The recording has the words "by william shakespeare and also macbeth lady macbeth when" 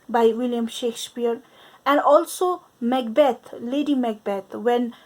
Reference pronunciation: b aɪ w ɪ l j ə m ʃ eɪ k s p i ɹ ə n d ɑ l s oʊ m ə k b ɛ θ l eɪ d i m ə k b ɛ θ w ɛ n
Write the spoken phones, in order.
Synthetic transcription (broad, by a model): b aɪ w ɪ l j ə m ʃ eɪ k s p i ɹ ə n d ɑ l s oʊ m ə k b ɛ t l eɪ d i m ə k b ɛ t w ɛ n